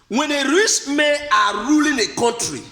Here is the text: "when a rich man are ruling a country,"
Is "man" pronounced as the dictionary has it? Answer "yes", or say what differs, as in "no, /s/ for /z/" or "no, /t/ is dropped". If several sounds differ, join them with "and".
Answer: no, /n/ is dropped